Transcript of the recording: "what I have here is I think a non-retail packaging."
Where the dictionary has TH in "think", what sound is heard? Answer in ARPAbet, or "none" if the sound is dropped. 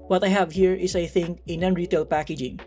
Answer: TH